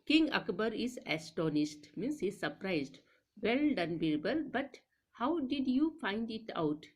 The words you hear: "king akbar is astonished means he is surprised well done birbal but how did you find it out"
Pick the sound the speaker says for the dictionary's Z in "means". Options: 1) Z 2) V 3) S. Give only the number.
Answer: 3